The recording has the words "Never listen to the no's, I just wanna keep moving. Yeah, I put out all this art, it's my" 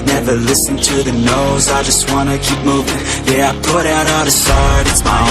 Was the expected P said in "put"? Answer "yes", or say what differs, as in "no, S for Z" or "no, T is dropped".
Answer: yes